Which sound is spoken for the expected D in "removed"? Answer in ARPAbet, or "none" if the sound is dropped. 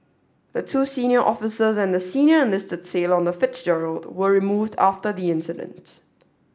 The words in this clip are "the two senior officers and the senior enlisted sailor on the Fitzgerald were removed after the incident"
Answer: D